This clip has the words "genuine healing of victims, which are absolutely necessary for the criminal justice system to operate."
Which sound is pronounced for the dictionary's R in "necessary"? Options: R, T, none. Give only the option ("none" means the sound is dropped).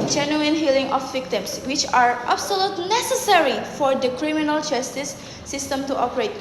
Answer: R